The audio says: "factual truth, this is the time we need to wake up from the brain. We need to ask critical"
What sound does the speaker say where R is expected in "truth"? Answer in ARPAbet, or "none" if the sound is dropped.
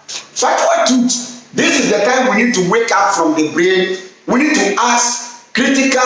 none